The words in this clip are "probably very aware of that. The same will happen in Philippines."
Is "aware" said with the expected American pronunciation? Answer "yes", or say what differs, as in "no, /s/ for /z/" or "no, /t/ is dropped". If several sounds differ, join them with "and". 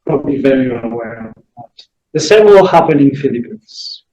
no, /l/ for /ɹ/